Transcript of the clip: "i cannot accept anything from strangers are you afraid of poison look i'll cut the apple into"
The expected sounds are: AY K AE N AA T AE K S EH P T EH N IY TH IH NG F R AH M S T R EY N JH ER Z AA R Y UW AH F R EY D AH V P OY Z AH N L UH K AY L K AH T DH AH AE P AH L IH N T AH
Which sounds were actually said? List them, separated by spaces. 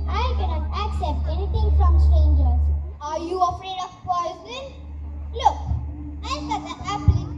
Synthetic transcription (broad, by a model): AY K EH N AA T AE K S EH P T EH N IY T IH NG F R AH M S T R EY N JH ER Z AA R Y UW AH F R EY D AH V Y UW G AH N L UH K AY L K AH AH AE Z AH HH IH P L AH